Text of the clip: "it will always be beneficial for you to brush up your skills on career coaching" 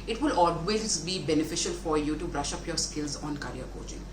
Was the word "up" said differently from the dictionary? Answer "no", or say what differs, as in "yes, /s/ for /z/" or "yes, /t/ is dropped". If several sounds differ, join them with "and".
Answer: no